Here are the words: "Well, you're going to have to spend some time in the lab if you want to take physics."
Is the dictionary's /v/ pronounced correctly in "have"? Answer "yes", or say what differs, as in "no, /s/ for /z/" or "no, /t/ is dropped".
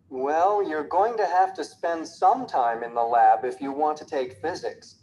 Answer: no, /f/ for /v/